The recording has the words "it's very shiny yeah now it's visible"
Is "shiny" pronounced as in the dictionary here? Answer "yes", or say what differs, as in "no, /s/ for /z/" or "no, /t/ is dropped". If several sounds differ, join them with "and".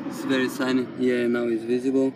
no, /s/ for /ʃ/